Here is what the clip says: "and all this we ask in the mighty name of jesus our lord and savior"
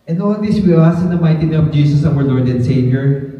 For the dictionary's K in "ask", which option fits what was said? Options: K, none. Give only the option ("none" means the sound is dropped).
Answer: none